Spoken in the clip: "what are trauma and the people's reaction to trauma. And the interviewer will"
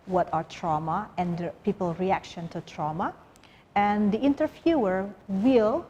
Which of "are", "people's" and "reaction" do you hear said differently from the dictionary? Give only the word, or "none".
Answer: people's